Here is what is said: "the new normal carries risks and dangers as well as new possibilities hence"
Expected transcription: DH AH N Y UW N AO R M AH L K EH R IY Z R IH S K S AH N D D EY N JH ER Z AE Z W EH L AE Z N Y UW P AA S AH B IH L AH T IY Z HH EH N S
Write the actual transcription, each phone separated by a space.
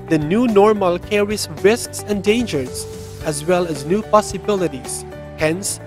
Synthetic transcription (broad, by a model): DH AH N Y UW N AO R M AH L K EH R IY S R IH S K S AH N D D EY N JH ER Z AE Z W EH L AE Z N Y UW P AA S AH B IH L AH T IY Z HH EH N S